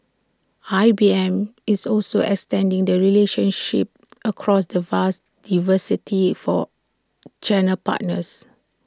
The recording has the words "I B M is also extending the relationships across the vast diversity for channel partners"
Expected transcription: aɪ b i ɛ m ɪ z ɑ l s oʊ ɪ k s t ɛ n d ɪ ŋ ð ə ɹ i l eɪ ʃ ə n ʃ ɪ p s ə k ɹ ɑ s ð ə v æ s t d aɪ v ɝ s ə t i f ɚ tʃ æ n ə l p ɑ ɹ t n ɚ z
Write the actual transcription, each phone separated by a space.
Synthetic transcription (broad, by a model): aɪ b i ɛ m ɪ s ɑ l s oʊ ɪ k s t ɛ n d ɪ ŋ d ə ɹ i l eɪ ʃ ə n ʃ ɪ p ə k ɹ ɑ s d ə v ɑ s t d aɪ v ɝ s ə t i f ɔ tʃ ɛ n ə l p ɑ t n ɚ s